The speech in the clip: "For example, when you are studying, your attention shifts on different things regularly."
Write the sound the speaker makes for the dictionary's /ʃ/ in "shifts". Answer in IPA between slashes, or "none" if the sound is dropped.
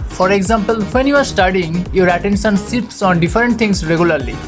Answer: /s/